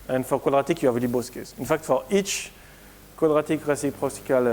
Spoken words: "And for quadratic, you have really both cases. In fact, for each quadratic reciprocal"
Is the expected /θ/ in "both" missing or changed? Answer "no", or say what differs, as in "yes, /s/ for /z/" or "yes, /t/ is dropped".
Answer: yes, /s/ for /θ/